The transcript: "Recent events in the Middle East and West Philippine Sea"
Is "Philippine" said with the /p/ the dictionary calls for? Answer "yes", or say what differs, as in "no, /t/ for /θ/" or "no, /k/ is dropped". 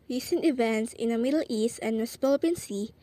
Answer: no, /p/ is dropped